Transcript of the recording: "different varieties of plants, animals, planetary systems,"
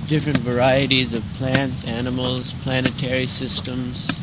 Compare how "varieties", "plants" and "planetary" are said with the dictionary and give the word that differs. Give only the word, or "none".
none